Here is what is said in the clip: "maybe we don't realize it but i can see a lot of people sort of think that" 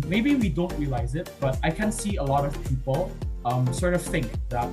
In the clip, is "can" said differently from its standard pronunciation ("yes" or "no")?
no